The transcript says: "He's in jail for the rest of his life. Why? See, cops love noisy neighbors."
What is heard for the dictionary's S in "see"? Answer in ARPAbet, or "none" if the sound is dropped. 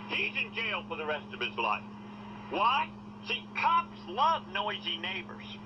SH